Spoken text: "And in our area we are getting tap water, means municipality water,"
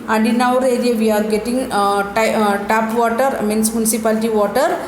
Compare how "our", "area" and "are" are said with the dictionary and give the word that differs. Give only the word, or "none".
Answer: none